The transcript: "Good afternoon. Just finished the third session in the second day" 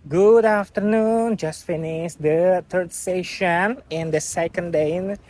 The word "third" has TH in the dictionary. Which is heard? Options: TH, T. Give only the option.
T